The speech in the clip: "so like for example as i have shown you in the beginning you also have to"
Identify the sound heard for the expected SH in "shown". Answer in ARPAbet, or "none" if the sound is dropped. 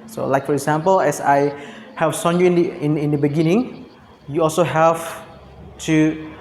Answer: S